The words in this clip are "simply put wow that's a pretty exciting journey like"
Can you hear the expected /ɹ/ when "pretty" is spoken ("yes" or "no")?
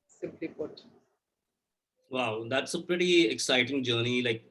yes